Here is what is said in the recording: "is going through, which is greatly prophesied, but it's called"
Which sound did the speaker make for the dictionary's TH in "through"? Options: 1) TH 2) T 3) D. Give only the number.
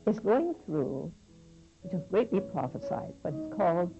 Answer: 1